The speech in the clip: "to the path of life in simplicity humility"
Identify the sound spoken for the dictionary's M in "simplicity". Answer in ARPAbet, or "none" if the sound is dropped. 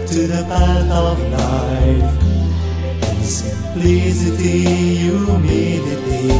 none